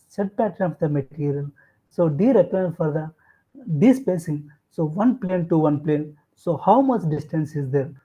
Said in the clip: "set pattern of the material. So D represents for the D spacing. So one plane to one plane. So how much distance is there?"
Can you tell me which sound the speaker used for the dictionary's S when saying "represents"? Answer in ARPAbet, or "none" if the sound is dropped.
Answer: none